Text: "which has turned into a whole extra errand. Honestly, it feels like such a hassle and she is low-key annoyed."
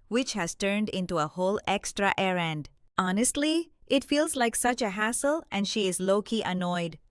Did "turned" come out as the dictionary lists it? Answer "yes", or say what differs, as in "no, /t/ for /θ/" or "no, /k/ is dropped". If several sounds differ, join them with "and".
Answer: yes